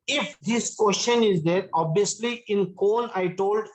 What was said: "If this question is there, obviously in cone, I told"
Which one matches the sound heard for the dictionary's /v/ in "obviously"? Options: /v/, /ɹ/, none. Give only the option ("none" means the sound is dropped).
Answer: none